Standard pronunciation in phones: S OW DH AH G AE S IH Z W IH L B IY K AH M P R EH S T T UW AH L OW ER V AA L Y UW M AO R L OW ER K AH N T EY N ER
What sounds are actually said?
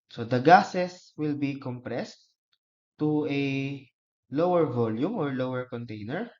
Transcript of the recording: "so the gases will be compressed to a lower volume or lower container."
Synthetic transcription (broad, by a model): S OW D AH G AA S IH S W IH L B IY K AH M P R EH S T T UW AH L OW ER V AA L Y UW M AO R L OW ER K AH N T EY N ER